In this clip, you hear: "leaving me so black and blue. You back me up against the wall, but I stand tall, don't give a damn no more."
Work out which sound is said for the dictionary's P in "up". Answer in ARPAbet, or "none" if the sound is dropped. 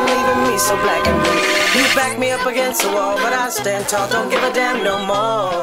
P